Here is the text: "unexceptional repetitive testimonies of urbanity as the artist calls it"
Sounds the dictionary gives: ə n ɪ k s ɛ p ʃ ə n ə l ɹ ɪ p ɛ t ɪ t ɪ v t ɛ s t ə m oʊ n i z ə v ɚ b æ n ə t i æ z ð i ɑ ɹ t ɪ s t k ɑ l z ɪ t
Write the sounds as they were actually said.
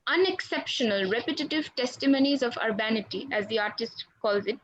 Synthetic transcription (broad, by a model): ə n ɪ k s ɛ p ʃ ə n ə l ɹ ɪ p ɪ t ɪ t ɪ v t ɛ s t ə m oʊ n i z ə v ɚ b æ n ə t i æ z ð i ɑ ɹ t ɪ s t k ɑ l z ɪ t